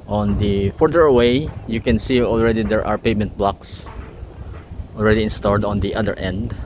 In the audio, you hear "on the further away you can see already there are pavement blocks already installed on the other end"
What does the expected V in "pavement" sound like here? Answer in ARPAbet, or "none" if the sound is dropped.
none